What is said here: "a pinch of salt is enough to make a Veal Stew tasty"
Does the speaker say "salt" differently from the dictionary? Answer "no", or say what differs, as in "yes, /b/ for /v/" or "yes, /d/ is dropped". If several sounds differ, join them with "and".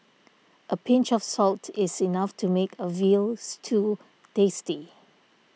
no